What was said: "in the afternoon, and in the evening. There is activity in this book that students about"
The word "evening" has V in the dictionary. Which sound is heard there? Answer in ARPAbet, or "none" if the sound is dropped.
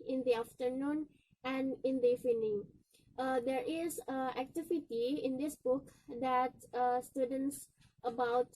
none